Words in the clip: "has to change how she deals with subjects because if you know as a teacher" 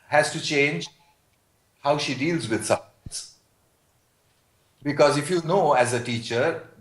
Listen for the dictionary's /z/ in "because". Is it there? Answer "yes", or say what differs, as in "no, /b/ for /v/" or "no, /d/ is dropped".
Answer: yes